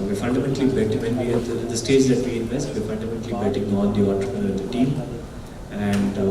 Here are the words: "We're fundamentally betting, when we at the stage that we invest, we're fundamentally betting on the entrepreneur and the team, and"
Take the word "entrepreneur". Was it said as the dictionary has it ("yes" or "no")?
no